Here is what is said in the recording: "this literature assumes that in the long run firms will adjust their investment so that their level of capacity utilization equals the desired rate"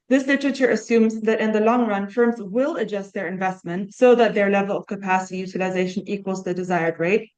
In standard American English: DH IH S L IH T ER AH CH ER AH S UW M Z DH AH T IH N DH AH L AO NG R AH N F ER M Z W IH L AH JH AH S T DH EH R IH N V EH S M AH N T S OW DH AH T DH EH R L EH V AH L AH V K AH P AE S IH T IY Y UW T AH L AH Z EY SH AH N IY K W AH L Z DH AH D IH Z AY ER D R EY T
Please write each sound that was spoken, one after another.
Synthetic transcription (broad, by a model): DH IH S L IH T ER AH CH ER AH S UW M Z DH AH T IH N DH AH L AO NG R AH N F ER M Z W IH L AH JH AH S T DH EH R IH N V EH S M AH N T S OW DH AH T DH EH R L EH V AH L AH V K AH P AE S IH T IY Y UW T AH L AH Z EY SH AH N IY K W AH L Z DH AH D IH Z AY ER D R EY T